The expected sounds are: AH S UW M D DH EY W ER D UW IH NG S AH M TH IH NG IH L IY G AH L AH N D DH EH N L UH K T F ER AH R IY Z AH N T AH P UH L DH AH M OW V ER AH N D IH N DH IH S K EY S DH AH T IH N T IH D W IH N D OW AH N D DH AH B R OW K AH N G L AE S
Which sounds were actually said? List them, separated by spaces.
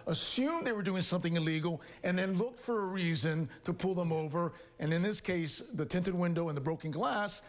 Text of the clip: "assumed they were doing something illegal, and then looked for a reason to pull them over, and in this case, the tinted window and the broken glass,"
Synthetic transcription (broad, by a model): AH S UW M DH EY W ER D UW IH NG S AH M TH IH NG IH L IY G L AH N DH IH N L UH K T F ER AH R IY Z AH N T AH P UH L DH AH M OW V ER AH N IH N DH IH S K EY S DH AH T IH N T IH D W IH N D OW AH N DH AH B R OW K AH N G L AE S